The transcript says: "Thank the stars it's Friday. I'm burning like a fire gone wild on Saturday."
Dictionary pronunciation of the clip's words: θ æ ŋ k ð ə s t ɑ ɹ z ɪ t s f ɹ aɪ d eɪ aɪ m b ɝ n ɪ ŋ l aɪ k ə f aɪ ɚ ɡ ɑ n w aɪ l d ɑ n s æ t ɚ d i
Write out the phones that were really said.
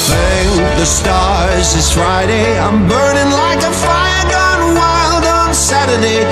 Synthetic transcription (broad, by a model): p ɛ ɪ ð ə s t ɑ ɹ z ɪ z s f ɹ aɪ d eɪ aɪ m b ɝ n ɪ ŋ l aɪ k ə f aɪ ɚ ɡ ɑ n w aɪ l d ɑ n s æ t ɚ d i